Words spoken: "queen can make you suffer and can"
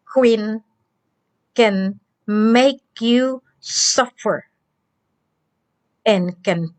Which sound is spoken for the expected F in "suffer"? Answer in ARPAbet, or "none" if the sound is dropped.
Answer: F